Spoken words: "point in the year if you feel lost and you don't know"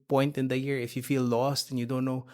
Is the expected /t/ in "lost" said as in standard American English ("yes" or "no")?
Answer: yes